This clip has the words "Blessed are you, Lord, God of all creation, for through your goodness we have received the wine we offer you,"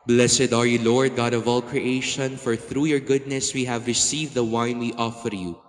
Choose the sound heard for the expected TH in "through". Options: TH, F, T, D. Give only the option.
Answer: TH